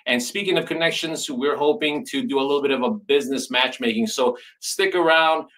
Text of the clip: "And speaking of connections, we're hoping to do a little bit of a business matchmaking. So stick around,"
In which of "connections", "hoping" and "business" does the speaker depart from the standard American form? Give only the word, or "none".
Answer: none